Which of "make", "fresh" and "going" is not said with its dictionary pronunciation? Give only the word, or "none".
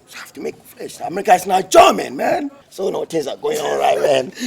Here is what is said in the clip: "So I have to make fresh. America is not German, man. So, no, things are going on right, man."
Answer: fresh